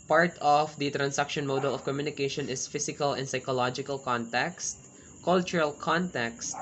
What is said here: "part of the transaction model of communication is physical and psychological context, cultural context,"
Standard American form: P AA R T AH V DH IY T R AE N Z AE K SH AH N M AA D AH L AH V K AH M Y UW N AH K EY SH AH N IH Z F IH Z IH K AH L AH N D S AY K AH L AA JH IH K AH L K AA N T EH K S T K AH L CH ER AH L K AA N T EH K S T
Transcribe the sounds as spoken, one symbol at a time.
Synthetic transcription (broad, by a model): P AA R T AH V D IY T R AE N S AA K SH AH N M AA D AH L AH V K AH M Y UW N AH K EY SH AH N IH S F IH S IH K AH L AH N D S AY K AH L AA JH IH K AH L K AA N T EH K S T K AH L CH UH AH L K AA N T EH K S T